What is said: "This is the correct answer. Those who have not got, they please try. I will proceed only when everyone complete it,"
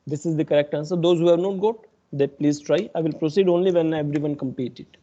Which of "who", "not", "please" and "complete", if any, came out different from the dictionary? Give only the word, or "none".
complete